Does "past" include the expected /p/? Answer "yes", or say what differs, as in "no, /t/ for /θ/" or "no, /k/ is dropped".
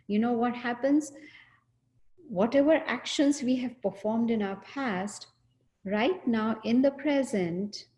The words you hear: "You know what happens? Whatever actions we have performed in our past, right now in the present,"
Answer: yes